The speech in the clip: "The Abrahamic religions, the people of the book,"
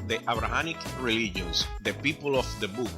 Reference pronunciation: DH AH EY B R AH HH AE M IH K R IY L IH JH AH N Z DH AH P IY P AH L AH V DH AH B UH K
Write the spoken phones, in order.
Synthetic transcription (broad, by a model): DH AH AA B R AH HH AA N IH K R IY L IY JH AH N S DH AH P IY P AH L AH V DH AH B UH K